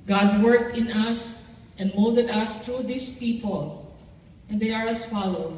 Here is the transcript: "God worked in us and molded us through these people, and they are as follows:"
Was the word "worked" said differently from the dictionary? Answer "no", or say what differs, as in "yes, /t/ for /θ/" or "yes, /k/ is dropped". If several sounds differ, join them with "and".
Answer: no